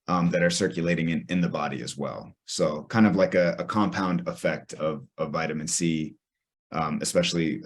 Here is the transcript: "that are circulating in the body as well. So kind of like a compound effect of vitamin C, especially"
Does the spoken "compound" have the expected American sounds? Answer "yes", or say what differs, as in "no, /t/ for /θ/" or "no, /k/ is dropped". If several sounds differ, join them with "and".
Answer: yes